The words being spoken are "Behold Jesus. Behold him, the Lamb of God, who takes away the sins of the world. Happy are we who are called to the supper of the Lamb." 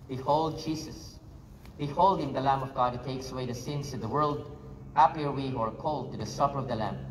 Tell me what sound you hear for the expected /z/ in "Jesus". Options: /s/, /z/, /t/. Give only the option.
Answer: /s/